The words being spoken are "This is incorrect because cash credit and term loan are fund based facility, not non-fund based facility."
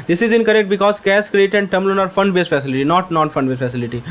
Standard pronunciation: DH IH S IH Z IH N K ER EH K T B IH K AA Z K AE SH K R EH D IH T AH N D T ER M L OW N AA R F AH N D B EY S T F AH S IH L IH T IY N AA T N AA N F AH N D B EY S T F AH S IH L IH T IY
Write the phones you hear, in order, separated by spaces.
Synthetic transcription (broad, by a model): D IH S IH Z IH N K ER EH K T B IH K AA Z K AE S K R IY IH T AH N D T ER M L OW N AA R F AH N D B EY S F AH S IH L IH T IY N AA T N AA N F AH N D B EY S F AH S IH L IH T IY